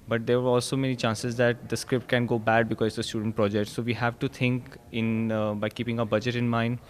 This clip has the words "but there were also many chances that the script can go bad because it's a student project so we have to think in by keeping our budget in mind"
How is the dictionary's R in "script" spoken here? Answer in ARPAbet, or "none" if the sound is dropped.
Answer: R